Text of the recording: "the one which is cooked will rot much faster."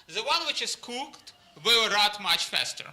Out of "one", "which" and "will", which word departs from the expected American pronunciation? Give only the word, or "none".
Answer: will